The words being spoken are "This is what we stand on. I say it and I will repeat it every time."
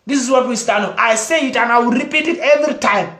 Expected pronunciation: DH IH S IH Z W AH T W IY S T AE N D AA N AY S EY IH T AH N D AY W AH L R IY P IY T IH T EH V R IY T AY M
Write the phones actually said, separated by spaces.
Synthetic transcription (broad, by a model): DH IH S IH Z W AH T W IY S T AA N AA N AY S EY IH T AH N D AY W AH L R IY P IY T IH T EH V R IY T AY M